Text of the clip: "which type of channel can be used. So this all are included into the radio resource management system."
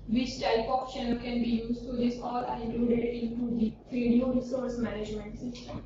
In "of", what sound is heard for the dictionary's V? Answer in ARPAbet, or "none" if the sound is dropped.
P